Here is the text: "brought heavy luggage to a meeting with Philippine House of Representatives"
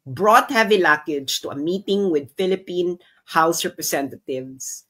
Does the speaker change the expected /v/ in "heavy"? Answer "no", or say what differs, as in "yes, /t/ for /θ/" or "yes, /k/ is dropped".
no